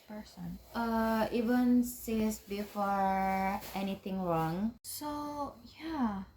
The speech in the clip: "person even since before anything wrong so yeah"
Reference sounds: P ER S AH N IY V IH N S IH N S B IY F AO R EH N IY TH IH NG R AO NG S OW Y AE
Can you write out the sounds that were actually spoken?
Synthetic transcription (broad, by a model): P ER S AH N IY V IH N S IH S B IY F AO R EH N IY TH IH NG R AO NG S OW Y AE